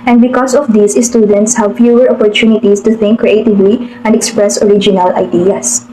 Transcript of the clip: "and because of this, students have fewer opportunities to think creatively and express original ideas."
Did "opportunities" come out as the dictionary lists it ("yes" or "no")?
no